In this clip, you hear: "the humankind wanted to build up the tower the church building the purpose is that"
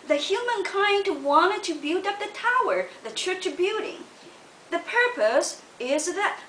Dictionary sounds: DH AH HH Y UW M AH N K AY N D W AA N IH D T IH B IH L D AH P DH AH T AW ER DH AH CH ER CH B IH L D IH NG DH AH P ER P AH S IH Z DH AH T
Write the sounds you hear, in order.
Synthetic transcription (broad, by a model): DH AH HH Y UW M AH N K AY N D W AA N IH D T IH B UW D AH P DH AH T AW ER DH AH CH ER CH B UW D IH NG DH AH P ER P AH S IH Z DH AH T